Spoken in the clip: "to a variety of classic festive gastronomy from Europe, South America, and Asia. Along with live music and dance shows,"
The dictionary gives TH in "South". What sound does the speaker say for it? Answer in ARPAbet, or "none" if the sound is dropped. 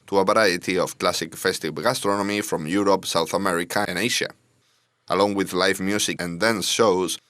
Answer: TH